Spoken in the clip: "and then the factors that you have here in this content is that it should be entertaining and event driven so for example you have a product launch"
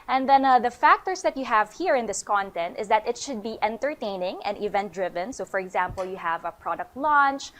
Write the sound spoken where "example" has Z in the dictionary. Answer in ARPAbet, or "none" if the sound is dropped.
Z